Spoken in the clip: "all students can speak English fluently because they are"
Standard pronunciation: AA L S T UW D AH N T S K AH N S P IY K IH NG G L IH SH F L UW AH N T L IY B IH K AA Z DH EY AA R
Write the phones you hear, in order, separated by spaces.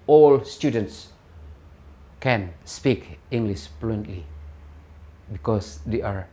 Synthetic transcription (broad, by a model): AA L S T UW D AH N T S K AH N S P IY K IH NG G L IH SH P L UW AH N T L IY B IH K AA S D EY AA R